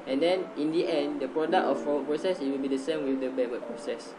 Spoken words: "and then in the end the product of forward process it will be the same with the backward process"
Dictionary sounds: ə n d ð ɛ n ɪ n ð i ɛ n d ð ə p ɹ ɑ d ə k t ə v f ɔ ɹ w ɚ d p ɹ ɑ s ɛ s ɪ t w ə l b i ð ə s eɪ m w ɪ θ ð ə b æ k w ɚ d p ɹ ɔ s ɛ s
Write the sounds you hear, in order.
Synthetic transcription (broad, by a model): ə n d ɛ n ɪ n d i ɛ n d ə p ɹ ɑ d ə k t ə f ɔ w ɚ p ɹ ɑ s ɛ s ɪ t w ə l b i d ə s eɪ m w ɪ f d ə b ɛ w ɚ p ɹ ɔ s ɛ s